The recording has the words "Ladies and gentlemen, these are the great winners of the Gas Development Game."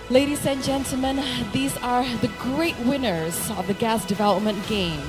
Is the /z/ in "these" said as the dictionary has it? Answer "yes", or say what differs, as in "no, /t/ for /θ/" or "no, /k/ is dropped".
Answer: yes